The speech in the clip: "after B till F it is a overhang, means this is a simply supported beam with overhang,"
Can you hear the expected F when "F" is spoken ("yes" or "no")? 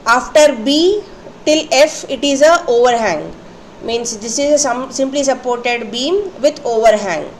yes